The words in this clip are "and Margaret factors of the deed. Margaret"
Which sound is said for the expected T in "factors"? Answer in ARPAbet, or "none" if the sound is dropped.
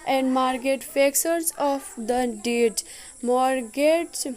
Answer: S